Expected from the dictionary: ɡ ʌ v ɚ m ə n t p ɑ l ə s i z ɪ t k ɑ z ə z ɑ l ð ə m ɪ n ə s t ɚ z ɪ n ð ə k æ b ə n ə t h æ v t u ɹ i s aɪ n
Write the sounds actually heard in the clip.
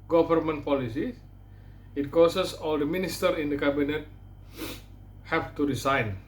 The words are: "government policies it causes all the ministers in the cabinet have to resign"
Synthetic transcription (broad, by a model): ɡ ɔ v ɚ m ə n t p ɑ l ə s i ɪ t k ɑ s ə s ɑ l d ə m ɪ n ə s t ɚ ɪ n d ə k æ b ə n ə t h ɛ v t u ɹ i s aɪ n